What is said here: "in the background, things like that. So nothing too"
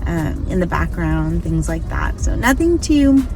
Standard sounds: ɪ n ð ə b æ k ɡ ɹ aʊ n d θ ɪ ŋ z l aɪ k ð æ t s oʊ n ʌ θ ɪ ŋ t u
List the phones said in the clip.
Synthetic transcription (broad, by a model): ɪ n ð ə b æ k ɡ ɹ aʊ n d θ ɪ ŋ z l aɪ k ð æ t s oʊ n ʌ θ ɪ ŋ t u